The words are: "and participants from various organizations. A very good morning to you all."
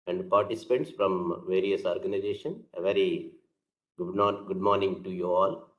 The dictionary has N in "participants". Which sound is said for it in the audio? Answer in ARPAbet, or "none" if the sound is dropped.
none